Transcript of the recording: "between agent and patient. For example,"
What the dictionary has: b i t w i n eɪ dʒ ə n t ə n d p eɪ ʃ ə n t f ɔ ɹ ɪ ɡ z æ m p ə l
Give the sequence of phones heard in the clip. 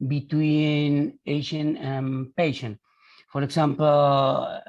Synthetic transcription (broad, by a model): b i t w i n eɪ ʃ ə n ə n p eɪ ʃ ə n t f ɔ ɹ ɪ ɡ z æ m p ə l